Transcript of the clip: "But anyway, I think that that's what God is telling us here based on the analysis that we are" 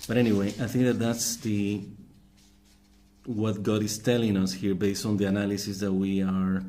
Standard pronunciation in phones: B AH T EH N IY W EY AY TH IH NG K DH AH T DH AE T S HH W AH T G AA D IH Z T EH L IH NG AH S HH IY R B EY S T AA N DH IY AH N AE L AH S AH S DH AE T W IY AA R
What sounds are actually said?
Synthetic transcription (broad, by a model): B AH T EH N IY W EY AY TH IH NG K DH AH T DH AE T S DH W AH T G AA D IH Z T EH L IH NG AH S HH IY R B EY S T AA N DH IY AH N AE L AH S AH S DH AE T W IY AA R